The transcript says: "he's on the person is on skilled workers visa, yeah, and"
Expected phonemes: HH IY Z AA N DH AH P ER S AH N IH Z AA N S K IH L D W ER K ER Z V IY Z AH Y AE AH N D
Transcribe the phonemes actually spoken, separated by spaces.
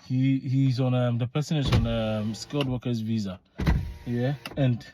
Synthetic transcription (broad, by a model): HH IY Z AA N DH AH P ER S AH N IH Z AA N S K IH L D W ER K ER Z V IY Z AH Y AE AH N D